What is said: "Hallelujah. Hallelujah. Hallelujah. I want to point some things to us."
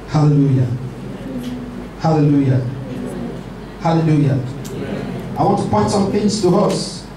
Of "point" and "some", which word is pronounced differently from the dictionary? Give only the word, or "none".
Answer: point